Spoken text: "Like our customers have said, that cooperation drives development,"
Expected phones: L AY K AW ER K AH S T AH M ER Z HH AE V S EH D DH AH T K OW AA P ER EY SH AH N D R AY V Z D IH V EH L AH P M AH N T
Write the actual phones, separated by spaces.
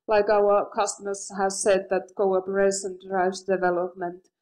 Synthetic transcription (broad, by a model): L AY K AW ER K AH S T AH M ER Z HH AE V S EH D DH AH T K OW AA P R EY S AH N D R AY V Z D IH V EH L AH P M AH N T